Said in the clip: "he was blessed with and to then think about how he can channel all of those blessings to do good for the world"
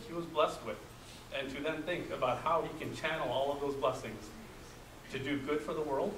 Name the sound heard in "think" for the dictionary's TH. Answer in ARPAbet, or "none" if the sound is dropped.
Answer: TH